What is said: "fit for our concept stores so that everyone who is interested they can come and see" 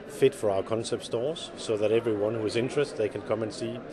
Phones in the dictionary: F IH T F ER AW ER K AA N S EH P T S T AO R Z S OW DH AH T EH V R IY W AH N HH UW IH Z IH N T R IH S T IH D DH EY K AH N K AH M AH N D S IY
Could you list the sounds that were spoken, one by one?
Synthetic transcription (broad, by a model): F IH T F ER AW ER K AA N S EH P T S T AO R Z S OW DH AH T EH V R IY W AH N HH UW IH Z IH N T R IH S T DH EY K AH N K AH M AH N S IY